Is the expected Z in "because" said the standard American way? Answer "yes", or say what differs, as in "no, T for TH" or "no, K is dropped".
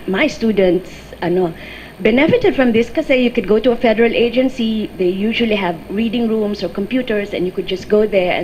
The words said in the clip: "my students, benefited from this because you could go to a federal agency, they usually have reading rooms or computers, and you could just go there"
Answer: no, Z is dropped